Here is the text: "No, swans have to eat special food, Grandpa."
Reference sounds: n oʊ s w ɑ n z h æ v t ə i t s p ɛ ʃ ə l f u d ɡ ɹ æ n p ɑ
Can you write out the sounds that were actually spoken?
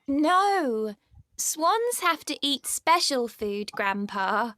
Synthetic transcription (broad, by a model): n oʊ s w ɑ n z h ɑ f t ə i t s p ɛ ʃ ə l f u d ɡ ɹ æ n p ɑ